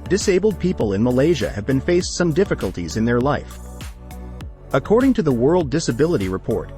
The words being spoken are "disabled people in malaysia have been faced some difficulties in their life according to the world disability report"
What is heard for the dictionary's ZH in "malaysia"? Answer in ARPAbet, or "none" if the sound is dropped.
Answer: ZH